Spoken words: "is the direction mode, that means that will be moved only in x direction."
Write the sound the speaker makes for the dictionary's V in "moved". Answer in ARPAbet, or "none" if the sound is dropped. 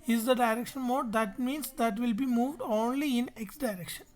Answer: V